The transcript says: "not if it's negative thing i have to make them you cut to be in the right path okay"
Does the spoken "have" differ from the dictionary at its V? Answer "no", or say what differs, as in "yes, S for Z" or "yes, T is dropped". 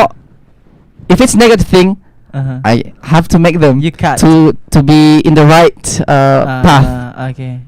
yes, F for V